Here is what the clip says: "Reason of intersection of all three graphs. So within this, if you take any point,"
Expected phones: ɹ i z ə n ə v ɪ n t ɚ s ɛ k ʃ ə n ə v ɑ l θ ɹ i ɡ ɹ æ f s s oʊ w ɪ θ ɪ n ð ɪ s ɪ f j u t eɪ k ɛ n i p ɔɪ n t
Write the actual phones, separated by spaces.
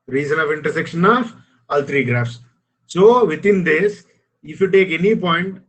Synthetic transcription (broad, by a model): ɹ i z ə n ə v ɪ n t ɚ s ɛ k ʃ ə n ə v ɑ l t ɹ i ɡ ɹ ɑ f s s oʊ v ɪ t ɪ n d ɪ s ɪ f j u t eɪ k ɛ n i p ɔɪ n t